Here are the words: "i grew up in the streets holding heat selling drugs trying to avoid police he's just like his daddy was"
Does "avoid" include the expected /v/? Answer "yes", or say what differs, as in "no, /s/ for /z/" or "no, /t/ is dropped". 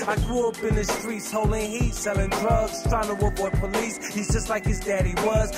no, /w/ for /v/